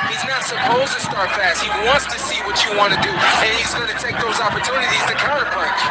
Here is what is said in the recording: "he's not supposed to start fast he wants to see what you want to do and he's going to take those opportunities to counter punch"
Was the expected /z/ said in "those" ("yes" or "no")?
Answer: yes